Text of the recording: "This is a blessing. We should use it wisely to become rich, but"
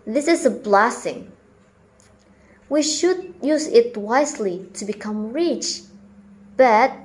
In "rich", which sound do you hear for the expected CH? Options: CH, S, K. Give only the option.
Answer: CH